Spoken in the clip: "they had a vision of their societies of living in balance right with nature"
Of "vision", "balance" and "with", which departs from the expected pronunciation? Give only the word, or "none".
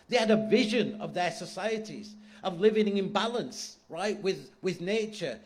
none